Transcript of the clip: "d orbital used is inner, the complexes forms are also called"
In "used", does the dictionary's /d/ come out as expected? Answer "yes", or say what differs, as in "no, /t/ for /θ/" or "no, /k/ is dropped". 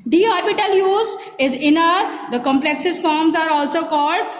no, /d/ is dropped